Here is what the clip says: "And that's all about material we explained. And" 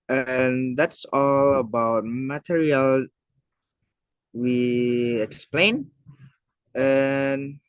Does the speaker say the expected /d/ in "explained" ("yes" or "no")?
no